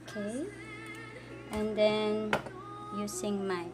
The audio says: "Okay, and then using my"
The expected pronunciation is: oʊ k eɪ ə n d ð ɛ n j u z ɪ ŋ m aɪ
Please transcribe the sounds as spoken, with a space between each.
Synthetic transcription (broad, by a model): k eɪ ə n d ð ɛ n j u s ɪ ŋ m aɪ